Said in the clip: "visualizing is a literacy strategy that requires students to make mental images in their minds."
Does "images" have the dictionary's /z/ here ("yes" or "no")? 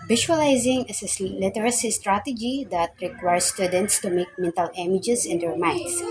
no